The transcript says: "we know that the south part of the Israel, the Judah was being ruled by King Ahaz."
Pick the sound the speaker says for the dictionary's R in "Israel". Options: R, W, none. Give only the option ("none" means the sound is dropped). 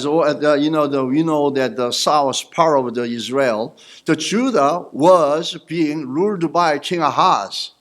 R